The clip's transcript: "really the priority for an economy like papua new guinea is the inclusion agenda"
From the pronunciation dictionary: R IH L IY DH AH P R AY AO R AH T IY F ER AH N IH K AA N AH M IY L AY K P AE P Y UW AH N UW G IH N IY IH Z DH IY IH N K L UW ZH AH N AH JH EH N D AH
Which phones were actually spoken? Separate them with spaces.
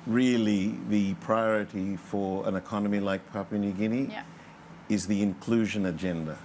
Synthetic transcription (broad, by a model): R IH L IY DH AH P R AY AO R AH T IY F ER AH N IH K AA N AH M IY L AY K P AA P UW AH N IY G IH N IY IH Z DH IY IH N K L UW ZH AH N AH JH EH N D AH